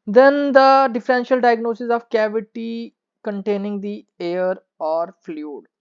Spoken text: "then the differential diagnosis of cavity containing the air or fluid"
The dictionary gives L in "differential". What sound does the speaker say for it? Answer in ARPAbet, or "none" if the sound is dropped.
L